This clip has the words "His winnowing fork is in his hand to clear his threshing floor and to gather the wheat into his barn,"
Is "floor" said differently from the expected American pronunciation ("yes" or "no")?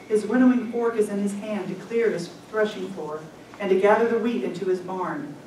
yes